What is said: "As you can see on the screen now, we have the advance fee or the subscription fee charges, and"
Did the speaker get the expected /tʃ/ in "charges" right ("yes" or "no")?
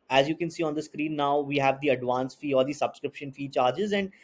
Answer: yes